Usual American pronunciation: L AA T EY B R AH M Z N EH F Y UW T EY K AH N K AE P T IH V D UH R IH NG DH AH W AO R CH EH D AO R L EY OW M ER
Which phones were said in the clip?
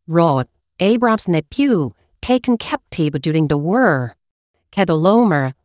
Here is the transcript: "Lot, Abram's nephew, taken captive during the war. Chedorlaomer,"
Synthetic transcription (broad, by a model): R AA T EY B R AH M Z N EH P Y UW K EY K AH N K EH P T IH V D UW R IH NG DH AH W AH R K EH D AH L OW M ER